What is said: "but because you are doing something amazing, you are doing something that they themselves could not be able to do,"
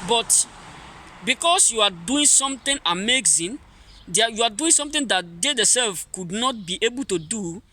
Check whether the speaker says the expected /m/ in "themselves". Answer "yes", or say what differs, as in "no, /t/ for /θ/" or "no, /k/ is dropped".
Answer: no, /m/ is dropped